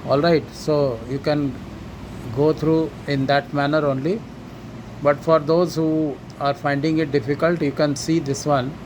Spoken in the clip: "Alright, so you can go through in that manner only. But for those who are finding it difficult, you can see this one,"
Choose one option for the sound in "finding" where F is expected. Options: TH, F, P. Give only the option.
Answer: F